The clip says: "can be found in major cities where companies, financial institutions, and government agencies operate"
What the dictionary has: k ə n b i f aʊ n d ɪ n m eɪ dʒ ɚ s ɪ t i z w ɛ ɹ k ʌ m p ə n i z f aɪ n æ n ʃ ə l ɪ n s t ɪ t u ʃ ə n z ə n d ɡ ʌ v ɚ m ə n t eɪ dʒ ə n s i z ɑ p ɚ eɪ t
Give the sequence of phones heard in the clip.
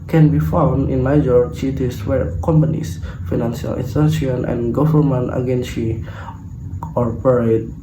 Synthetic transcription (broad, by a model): k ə n b i f aʊ n d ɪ n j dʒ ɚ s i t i s w ɛ ɹ k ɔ m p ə n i s f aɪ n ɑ n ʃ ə l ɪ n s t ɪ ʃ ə n ə n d ɡ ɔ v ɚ m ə n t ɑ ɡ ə n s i ɑ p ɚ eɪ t